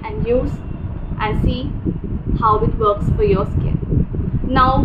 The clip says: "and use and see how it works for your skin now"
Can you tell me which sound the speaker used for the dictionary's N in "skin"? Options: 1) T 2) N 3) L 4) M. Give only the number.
3